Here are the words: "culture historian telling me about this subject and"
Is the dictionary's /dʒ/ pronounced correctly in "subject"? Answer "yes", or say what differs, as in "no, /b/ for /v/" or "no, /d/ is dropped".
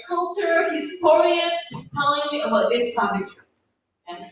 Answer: no, /dʒ/ is dropped